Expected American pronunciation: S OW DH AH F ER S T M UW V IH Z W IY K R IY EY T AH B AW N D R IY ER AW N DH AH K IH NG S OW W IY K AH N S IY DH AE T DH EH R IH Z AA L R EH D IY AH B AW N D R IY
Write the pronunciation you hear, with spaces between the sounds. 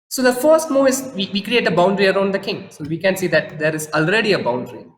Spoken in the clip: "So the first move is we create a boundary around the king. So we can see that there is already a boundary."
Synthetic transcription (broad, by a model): S OW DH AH F ER S T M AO IH Z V IY K R IY EY T AH B AW N D R IY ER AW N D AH K IH NG S OW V IY K AH N S IY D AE T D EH R IH Z AA L R EH D IY AH B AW N D R IY